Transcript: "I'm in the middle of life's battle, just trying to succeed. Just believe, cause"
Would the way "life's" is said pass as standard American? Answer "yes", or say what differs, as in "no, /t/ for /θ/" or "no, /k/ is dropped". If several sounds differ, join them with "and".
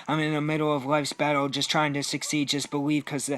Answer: yes